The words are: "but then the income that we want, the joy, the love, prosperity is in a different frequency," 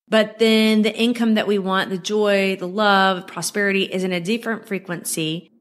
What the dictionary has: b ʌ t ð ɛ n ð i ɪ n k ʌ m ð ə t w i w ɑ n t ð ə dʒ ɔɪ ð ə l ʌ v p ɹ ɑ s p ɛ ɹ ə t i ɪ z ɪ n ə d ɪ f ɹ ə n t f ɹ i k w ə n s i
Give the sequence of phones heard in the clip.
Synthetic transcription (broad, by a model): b ʌ t ð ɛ n ð i ɪ n k ʌ m ð ə t w i w ɑ n ð ə dʒ ɔɪ ð ə l ʌ v p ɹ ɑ s p ɛ ɹ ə t i ɪ z ɪ n ə d ɪ f ɹ ə n t f ɹ i k w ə n s i